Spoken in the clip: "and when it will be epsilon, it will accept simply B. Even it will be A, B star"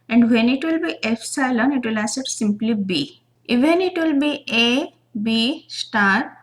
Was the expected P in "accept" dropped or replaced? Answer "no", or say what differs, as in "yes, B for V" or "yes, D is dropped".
yes, P is dropped